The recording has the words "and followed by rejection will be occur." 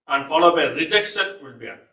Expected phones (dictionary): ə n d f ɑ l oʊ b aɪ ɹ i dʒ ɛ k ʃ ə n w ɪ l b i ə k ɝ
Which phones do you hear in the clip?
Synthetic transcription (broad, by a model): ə n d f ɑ l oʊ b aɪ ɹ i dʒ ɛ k s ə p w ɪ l b i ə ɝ